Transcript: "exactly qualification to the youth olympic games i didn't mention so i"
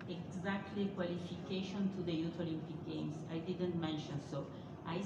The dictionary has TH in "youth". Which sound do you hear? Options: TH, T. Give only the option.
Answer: T